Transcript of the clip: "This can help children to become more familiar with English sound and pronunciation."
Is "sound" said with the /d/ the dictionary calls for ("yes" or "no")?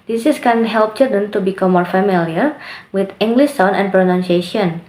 no